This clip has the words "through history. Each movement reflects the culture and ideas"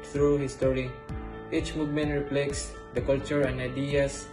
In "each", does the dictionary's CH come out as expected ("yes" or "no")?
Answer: yes